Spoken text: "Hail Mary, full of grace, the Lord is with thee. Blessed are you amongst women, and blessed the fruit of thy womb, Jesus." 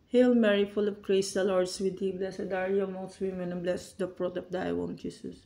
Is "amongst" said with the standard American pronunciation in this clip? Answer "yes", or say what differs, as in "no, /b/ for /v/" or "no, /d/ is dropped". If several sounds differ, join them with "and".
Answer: no, /ŋ/ is dropped